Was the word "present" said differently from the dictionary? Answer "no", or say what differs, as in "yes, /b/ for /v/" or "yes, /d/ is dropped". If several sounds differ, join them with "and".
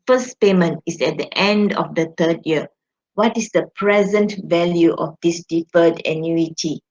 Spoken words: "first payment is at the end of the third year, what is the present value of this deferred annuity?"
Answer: no